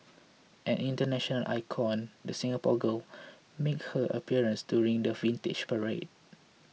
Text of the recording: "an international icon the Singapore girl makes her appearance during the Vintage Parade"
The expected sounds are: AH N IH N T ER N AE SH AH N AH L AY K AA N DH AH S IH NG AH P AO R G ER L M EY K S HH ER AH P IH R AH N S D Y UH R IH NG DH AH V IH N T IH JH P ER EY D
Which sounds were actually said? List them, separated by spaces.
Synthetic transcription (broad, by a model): AH N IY N T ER N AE SH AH N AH L AY K AA N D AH S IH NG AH P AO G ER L M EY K HH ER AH P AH R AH N S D Y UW R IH NG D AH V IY N T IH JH P ER EY D